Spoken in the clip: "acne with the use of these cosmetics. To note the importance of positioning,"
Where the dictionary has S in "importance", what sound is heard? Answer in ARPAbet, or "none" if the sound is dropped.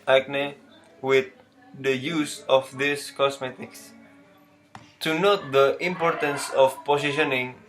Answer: S